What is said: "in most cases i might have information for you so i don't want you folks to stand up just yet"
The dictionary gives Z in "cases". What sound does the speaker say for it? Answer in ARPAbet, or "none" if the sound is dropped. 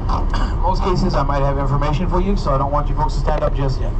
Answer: Z